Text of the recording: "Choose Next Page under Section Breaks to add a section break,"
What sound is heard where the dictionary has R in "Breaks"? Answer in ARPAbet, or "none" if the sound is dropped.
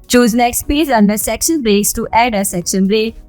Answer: R